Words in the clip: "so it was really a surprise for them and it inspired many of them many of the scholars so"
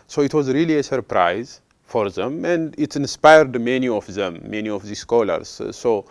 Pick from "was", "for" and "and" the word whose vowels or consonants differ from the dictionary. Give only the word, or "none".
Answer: none